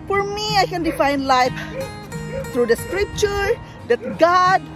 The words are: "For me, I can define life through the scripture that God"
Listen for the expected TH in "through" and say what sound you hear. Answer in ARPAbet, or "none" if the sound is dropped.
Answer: T